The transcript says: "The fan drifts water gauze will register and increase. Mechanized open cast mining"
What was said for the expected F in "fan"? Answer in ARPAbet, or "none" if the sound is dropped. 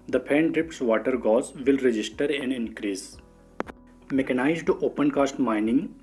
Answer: P